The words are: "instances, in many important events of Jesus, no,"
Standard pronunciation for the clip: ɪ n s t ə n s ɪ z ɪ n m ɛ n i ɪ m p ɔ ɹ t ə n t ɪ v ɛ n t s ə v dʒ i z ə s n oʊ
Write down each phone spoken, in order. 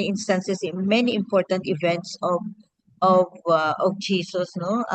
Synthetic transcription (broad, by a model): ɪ n s t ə n s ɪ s ɪ n m ɛ n i ɪ m p ɔ ɹ t ə n t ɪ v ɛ n t s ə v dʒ i s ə s n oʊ